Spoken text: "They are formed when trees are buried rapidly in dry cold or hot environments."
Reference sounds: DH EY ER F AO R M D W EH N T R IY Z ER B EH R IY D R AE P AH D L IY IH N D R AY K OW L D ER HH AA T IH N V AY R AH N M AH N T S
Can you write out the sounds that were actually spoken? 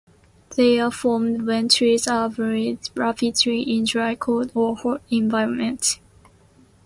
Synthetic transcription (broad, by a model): DH EY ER F AO M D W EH N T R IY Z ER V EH R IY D R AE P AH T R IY IH N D R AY K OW D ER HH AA IH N V AY R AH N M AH N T